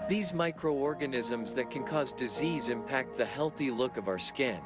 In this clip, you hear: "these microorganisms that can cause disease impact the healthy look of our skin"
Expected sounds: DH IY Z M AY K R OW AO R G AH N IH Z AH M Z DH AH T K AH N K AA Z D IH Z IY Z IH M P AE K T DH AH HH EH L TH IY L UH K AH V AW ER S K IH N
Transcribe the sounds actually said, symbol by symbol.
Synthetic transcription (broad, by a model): DH IY Z M AY K R OW AO R G AH N IH Z AH M Z DH AH T K AH N K AA Z D IH Z IY Z IH M P AE K T DH AH HH EH L TH IY L UH K AH V AW ER S K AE N